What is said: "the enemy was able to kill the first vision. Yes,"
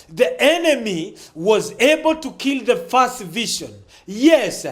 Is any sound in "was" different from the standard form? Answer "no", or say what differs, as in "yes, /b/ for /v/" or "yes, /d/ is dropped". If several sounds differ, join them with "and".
no